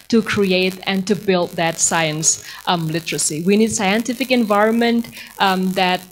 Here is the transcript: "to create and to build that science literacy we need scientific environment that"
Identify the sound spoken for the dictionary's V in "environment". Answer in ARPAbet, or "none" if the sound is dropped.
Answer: V